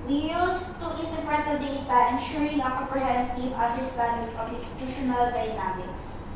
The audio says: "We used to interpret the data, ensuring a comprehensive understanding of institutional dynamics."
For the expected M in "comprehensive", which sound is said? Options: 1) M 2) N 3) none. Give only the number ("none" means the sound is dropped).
3